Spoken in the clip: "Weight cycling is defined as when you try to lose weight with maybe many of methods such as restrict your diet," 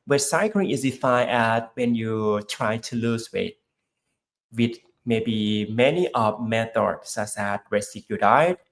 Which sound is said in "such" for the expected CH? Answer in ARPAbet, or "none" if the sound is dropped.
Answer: S